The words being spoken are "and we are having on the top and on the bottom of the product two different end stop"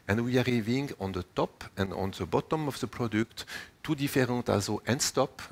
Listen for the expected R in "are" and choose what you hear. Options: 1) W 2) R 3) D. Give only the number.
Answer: 2